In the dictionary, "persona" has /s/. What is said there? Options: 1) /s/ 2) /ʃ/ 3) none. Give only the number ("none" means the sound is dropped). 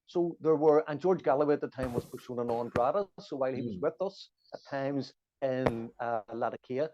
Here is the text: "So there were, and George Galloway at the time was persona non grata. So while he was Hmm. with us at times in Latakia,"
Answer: 2